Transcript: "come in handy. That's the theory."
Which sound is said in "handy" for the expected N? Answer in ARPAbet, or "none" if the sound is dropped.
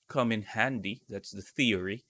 N